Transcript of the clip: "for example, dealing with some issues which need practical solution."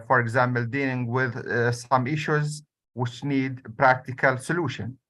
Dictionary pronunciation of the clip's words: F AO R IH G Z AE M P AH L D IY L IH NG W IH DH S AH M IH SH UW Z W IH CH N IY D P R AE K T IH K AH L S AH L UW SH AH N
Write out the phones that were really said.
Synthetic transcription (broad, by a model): F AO R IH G Z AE M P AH L D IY L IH NG W IH DH S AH M IH SH UW Z W IH CH N IY D P R AE K T IH K AH L S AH L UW SH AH N